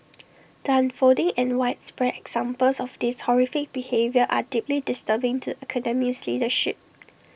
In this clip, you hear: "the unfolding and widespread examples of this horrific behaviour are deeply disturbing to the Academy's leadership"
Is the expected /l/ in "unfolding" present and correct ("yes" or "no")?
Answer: no